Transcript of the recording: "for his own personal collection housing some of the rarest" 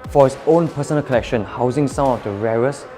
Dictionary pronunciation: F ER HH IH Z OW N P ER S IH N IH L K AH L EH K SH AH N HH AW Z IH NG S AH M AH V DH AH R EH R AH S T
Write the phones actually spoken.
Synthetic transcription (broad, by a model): F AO HH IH S OW N P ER S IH N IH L K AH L EH K SH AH N HH AW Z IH NG S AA AH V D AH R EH R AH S